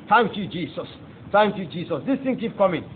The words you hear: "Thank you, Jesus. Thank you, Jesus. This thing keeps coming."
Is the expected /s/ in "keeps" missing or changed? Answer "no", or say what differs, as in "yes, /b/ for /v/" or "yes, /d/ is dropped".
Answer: yes, /s/ is dropped